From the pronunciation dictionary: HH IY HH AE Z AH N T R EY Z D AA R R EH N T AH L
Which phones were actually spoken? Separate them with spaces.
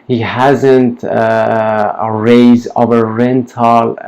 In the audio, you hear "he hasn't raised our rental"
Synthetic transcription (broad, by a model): HH IY HH AE Z AH N T R EY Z AA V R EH N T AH L